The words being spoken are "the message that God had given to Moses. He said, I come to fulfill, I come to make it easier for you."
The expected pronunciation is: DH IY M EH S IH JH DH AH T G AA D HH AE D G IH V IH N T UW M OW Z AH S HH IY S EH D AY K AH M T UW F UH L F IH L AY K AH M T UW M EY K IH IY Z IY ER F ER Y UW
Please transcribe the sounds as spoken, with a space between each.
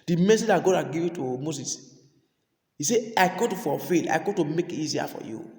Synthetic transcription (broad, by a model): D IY M EH S IH JH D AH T G AA D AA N G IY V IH T UW M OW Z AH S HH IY S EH AY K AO T UW F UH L F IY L AY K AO T UW M EY K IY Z IY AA F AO Y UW